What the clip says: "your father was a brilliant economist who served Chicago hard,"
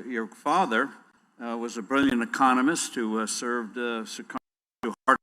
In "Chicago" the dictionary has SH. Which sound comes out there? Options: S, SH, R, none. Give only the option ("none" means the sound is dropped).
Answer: S